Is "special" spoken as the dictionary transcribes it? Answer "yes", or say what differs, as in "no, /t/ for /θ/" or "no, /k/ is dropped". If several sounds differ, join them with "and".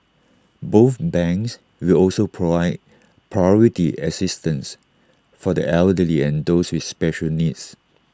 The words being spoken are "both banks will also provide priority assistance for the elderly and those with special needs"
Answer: yes